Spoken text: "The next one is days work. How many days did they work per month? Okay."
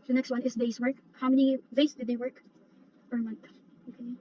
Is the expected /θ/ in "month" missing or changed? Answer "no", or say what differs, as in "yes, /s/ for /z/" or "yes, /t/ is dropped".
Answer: no